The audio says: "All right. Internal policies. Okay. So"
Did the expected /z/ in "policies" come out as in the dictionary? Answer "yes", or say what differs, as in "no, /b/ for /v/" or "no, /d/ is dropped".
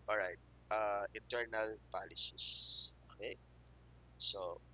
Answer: no, /s/ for /z/